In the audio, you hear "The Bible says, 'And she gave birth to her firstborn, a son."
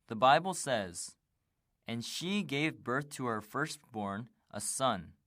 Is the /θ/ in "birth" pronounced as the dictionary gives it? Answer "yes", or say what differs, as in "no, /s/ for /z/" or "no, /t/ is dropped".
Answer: yes